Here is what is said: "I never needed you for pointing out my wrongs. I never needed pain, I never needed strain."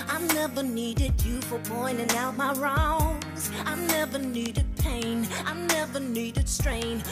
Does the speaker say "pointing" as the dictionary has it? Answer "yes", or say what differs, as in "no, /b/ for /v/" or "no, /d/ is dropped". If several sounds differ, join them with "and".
no, /b/ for /p/